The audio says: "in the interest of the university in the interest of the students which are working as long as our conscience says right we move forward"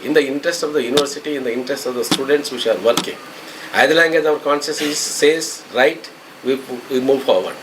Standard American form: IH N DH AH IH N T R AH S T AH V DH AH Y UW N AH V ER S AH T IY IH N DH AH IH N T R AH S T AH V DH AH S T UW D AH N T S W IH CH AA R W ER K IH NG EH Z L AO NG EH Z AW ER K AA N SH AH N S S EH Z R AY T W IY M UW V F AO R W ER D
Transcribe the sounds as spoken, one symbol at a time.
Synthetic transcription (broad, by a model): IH N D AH IH N T R AH S T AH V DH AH Y UW N AH V ER S AH T IY IH N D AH IH N T R AH S T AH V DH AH S T UW D AH N T S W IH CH AA R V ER K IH NG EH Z L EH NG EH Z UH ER K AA N S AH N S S EH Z R AY T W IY M UW V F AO R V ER D